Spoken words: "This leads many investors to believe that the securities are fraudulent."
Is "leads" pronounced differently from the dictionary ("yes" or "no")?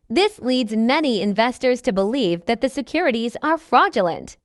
no